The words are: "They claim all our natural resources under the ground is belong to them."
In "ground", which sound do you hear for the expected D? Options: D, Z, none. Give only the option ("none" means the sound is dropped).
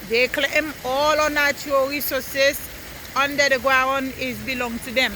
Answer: none